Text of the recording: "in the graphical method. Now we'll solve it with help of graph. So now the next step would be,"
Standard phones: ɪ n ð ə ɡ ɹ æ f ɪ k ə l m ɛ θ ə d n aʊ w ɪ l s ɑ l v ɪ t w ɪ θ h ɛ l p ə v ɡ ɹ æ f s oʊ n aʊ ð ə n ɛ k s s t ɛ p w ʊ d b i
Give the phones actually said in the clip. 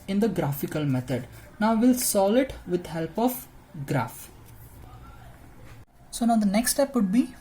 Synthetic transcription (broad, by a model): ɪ n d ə ɡ ɹ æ f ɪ k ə l m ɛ t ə d n aʊ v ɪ l s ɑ l ɪ t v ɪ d h ɛ l p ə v ɡ ɹ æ f s oʊ n aʊ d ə n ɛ k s s t ɛ p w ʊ d b i